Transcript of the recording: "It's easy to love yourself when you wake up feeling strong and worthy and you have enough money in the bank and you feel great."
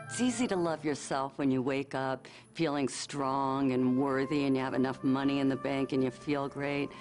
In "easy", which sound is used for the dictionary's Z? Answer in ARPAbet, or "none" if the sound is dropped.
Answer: Z